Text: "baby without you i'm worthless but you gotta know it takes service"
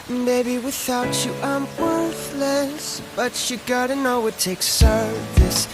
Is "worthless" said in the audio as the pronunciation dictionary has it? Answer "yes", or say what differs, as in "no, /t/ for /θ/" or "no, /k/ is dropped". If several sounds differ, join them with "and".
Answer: yes